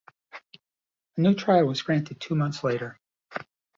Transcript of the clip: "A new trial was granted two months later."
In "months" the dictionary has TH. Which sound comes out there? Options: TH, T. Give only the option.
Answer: TH